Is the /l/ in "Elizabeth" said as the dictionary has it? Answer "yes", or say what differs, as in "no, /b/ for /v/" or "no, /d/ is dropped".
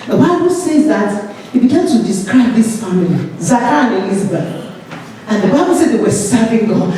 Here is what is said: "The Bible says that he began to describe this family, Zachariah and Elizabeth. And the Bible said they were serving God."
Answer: no, /n/ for /l/